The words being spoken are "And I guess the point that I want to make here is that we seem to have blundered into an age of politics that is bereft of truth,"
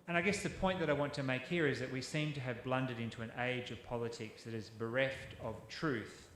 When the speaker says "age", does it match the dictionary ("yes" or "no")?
yes